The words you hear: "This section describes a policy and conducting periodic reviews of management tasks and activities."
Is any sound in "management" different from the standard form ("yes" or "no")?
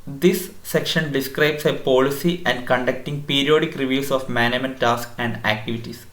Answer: yes